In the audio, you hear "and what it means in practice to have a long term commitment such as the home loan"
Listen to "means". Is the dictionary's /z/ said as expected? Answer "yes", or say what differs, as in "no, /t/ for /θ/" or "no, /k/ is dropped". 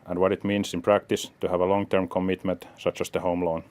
no, /s/ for /z/